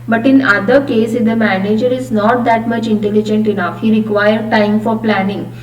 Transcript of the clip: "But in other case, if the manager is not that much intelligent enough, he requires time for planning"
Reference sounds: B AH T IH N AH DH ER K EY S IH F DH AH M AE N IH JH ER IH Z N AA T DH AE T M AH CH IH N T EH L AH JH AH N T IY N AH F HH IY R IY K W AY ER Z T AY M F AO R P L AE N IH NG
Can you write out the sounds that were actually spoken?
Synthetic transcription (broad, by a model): B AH T IH N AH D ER K EY S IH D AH M AE N IH JH ER IH Z N AA T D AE T M AH CH IH N T EH L AH JH AH N T IY N AH F HH IY R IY K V AY ER T AY M F AO R P L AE N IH NG